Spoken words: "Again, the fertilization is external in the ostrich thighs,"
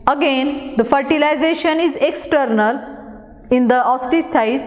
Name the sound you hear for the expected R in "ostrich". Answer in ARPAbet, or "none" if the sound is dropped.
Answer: none